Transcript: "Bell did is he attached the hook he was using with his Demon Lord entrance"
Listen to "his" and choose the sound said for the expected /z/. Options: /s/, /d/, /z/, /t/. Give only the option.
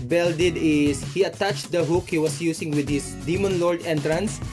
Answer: /s/